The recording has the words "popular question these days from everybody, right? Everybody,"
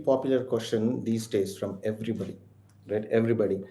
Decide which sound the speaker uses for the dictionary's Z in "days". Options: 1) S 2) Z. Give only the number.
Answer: 1